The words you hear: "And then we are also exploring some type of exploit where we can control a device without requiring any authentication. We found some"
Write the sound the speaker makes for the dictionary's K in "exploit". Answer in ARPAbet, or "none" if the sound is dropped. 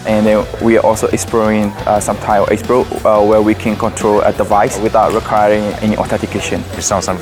none